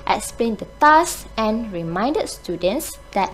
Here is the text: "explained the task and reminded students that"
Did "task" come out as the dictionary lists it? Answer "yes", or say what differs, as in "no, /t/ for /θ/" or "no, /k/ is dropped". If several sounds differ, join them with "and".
no, /k/ is dropped